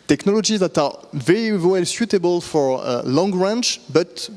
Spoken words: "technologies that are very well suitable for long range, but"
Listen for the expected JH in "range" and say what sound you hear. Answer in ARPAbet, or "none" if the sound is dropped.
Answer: CH